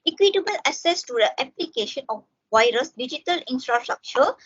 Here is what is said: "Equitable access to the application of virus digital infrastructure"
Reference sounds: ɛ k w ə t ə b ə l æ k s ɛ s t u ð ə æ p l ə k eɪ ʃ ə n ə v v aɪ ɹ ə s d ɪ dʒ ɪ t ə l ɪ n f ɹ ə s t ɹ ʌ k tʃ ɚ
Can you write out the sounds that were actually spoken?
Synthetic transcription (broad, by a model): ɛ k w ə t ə b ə l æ s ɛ s t u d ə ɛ p l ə k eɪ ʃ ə n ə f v aɪ ɹ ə s d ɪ dʒ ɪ t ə l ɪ n f ɹ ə s t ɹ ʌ k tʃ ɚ